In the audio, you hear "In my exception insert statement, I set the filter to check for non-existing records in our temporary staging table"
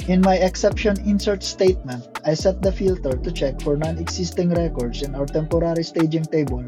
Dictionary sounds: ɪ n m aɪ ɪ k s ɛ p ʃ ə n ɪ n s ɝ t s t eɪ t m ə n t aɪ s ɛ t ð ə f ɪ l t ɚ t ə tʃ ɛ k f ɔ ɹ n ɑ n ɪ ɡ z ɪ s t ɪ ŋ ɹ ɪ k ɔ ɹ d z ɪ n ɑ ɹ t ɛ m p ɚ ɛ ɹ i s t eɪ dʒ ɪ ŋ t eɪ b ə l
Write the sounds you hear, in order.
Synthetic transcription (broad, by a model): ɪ n m aɪ ɪ k s ɛ p ʃ ə n ɪ n s ɝ t s t eɪ t m ə n t aɪ s ɛ t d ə f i l t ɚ t ə tʃ ɛ k f ɔ ɹ n ɑ n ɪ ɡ s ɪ s t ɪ ŋ ɹ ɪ k ɔ ɹ d s ɪ n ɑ w t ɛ m p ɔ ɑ ɹ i s t eɪ dʒ ɪ ŋ t eɪ b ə l